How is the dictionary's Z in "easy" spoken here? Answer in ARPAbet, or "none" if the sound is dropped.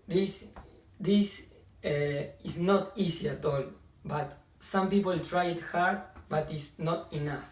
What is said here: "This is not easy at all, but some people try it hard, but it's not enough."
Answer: S